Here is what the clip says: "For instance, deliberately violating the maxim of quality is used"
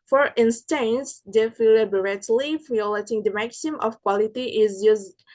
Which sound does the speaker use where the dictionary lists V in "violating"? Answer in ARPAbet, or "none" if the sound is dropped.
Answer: F